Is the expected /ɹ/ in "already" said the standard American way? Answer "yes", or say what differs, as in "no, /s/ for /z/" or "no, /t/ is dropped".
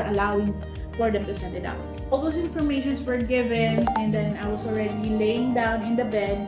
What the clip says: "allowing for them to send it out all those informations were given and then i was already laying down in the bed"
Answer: yes